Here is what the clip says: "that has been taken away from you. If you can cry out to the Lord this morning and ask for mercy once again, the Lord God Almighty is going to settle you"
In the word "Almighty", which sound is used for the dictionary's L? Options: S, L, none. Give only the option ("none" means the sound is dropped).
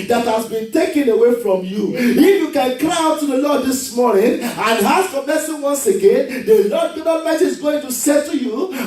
none